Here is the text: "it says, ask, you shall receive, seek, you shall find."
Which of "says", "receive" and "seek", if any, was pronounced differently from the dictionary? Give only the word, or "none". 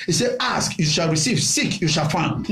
says